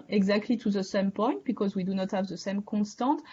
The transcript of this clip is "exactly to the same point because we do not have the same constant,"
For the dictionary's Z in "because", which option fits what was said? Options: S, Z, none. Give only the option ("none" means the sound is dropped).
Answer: Z